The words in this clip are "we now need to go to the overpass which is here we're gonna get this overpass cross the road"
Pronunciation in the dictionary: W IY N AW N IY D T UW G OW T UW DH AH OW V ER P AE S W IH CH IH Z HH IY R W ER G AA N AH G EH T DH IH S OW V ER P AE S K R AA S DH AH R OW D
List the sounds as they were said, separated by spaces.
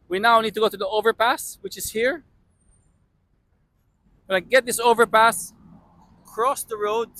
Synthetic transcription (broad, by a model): W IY N AW N IY D T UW G OW T UW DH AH OW V ER P AE S W IH CH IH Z HH IY R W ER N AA AH G EH T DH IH S OW V ER P AE S K R AA S DH AH R OW D